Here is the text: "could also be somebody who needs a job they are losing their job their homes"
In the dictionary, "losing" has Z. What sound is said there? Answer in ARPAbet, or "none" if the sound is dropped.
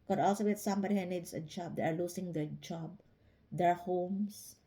S